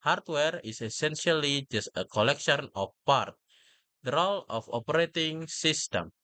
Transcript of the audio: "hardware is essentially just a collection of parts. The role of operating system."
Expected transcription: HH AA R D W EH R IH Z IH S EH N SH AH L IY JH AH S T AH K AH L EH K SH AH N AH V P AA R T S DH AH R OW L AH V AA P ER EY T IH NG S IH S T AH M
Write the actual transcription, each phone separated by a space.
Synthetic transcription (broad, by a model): HH AA R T W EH R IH S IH S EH N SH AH L IY JH AH S T AH K AH L EH K SH AH N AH F P AA R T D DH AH R OW L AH F AA P ER EY T IH NG S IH S T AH M